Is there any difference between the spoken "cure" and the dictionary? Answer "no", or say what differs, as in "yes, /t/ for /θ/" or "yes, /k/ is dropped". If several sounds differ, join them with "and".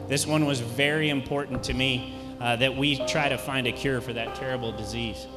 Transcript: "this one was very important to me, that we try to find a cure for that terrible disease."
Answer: no